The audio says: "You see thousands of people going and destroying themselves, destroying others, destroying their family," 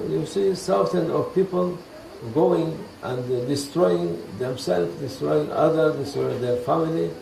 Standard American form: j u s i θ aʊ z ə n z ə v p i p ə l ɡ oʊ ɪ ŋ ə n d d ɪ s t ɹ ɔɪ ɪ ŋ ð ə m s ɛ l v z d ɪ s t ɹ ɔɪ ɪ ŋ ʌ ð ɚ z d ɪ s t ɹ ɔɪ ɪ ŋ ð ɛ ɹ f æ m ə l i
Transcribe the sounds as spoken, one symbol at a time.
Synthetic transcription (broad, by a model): j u s i s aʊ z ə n ə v p i p ə l ɡ oʊ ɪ ŋ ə n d d ɪ s t ɹ ɔɪ ɪ ŋ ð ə m s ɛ l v d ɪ s t ɹ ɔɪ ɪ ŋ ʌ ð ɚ d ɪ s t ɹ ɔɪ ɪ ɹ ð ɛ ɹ f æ m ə l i